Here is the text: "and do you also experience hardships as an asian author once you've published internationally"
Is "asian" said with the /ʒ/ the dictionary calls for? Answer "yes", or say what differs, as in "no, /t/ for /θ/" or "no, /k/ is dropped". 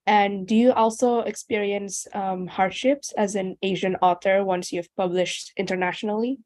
yes